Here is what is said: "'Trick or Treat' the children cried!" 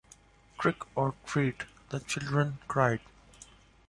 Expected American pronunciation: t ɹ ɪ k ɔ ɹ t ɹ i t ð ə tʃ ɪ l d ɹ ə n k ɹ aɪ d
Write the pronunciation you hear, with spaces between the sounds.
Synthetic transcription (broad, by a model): t ɹ ɪ k ɔ ɹ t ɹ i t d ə tʃ ɪ l d ɹ ə n k ɹ aɪ d